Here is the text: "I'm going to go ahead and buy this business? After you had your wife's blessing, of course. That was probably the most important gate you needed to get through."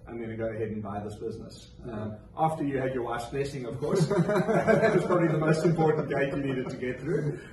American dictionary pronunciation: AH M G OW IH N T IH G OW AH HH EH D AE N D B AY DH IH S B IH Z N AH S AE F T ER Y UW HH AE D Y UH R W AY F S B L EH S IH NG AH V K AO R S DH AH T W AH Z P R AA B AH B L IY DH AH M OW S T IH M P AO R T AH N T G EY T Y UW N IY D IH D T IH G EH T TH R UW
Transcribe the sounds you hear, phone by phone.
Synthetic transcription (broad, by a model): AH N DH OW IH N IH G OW AH HH EH D N B AY DH IH S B IH Z N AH S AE F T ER Y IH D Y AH R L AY S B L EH S IH NG AH V K AO R S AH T W AH Z P R AA B AH B L IY DH AH M OW S T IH M P AO R T N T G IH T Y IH N IY D IH D T IH G EH T TH R UW